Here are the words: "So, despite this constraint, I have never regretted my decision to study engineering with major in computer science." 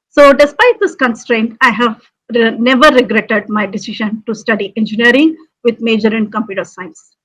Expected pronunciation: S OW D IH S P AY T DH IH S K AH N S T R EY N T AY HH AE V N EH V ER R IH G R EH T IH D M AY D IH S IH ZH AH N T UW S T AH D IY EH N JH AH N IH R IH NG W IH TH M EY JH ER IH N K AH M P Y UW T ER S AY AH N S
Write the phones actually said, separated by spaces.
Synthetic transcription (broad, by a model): S OW D IH S P AY T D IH S K AH N S T R EY N T AY HH AE V N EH V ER R IH G R EH T IH D M AY D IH S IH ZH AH N T UW S T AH D IY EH N JH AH N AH R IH NG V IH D M EY JH ER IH N K AH M P Y UW T ER S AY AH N S